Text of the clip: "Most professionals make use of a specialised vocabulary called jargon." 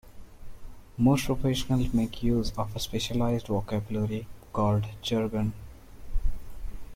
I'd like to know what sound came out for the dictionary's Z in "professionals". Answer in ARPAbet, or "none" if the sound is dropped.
none